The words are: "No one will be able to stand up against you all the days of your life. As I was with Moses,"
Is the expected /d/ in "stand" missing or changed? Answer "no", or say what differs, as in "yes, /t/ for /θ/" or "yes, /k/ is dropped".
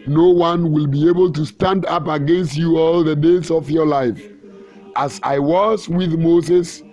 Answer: no